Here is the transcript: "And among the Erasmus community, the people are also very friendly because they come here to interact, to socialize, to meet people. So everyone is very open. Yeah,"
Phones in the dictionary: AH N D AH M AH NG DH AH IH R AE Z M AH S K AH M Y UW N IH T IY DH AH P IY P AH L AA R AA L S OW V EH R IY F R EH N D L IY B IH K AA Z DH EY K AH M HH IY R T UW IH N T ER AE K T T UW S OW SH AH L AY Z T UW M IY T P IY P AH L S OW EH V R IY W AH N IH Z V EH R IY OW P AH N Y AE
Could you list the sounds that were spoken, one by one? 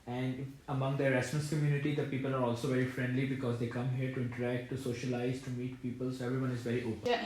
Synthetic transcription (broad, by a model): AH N D AH M AH NG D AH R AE S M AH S K AH M Y UW N IH T IY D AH P IY P AH L AA R AA L S OW V EH R IY F R EH N D L IY B IH K AA Z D EY K AH M HH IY R T UW IH N T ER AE K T T UW S OW SH AH L AY Z T UW M IY T P IY P AH L S OW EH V R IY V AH N IH Z V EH R IY OW P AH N